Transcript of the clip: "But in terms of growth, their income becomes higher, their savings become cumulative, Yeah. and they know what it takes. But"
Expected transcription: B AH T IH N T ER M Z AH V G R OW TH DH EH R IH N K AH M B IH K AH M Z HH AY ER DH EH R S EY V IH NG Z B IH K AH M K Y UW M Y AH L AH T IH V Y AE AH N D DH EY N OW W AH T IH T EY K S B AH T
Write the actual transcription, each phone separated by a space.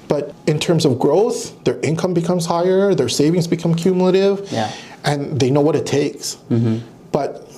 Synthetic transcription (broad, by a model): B AH T IH N T ER M Z AH V G R OW TH DH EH R IH N K AH M B IH K AH M Z HH AY ER DH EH R S EY V IH NG Z B IH K AH M K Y UW M Y L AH T IH V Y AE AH N DH EY N OW W AH T IH T EY K S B AH T